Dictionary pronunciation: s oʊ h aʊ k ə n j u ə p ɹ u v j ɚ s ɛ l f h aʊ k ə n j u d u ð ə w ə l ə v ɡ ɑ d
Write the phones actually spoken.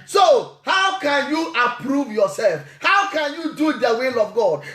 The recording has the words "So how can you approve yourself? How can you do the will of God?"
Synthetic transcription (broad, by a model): s oʊ h aʊ k ə n j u ə p ɹ u v j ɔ s ɛ l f h aʊ k ə n j u d u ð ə w ə l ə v ɡ ɑ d